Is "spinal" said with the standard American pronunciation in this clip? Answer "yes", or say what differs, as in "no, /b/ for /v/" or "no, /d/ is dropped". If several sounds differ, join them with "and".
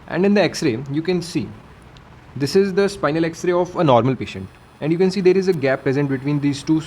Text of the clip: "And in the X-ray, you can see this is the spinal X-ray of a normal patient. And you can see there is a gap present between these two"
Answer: yes